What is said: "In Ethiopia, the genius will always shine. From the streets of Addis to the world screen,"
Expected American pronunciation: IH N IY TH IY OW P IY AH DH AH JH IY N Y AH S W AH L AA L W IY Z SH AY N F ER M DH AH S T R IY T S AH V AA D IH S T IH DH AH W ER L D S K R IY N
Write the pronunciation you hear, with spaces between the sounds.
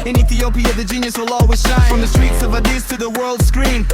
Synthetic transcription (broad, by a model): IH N IY TH IY OW P IY AH DH AH JH IY N Y AH S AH L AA W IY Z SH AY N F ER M DH AH S T R IY T S AH V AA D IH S T IH DH AH W ER L D S K R IY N